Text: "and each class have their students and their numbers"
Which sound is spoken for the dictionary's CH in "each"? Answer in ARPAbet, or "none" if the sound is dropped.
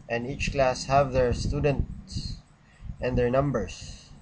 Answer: CH